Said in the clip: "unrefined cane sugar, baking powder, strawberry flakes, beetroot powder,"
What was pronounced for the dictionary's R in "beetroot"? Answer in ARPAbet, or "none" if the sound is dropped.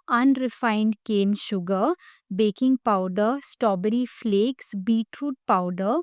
R